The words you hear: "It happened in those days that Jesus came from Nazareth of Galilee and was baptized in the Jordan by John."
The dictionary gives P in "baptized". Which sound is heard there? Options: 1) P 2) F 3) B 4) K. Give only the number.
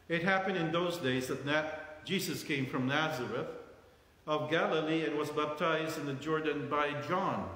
1